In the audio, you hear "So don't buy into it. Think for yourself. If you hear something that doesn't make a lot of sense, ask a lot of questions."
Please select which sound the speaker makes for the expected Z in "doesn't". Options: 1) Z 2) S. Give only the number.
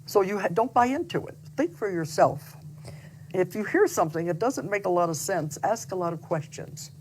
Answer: 1